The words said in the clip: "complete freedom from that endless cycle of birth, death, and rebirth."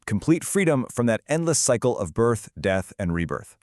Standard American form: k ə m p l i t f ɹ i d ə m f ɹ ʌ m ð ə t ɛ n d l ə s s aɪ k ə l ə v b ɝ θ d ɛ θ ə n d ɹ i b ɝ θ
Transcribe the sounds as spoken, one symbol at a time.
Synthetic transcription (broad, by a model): k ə m p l i t f ɹ i d ə m f ɹ ʌ m ð ə t ɛ n d l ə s s aɪ k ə l ə v b ɝ θ d ɛ θ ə n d ɹ i b ɝ θ